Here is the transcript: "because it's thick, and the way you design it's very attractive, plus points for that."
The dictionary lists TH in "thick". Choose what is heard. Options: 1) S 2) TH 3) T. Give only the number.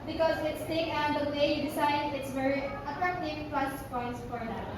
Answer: 3